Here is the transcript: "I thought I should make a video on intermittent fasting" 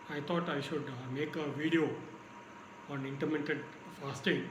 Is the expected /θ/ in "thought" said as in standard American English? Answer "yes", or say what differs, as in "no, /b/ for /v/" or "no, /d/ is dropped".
no, /t/ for /θ/